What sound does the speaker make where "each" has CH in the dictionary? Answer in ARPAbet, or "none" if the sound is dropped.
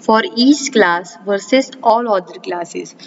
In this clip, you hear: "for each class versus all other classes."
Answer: S